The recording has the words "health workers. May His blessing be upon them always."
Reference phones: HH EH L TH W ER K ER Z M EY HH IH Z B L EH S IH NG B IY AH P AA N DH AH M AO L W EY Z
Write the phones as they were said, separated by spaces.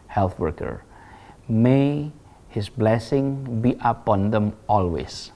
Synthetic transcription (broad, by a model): HH EH L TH W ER K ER M EY HH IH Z B L EH S IH NG B IY AH P AA N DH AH M AO L W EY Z